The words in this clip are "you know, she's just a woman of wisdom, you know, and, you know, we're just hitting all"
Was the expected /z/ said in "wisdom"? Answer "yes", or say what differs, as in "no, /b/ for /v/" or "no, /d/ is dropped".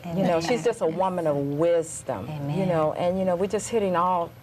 yes